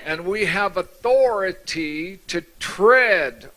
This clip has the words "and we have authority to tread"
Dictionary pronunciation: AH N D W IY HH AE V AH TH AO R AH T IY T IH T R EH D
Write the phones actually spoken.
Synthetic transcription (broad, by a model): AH N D W IY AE V AH TH AO R AH T IY T IH T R EH D